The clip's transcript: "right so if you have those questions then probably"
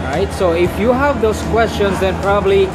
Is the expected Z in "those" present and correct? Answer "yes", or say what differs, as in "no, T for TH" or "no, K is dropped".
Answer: no, S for Z